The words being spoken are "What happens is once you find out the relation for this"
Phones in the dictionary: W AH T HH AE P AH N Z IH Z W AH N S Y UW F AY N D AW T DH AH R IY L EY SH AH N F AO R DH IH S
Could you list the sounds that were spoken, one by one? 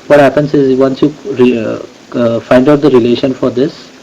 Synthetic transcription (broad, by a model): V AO T HH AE P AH N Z IH Z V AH N S Y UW F AY N D AW T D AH R IY L EY SH AH N F AO R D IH S